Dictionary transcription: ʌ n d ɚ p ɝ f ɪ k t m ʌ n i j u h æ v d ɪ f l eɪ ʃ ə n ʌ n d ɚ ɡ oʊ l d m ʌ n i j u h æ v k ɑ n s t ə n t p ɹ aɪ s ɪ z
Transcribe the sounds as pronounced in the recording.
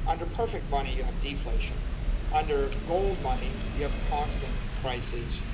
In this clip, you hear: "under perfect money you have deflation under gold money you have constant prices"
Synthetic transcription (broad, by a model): ʌ n d ɚ p ɝ f ɪ k t m ʌ n i j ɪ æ v d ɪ f l eɪ ʃ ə n ʌ n d ɚ ɡ oʊ l d m ʌ n i j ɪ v k ɑ n s t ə n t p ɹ aɪ s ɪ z